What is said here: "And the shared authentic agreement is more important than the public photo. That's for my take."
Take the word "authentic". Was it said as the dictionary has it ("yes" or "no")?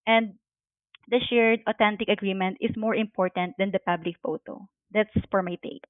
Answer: no